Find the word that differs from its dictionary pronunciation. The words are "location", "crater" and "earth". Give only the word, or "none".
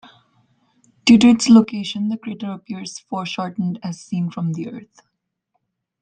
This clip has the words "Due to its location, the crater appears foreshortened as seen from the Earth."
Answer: earth